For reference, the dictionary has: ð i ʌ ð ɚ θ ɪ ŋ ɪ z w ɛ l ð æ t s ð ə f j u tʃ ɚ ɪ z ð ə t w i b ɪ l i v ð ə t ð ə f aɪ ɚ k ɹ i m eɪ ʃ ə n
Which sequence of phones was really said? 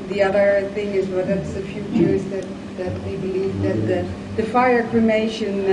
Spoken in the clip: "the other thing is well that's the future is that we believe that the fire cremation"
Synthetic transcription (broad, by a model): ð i ʌ ð ɚ θ ɪ ŋ ɪ z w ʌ ð æ t s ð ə f j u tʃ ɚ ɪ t ð ə t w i b ɪ l i v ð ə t ð ə f aɪ ɚ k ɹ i m eɪ ʃ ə n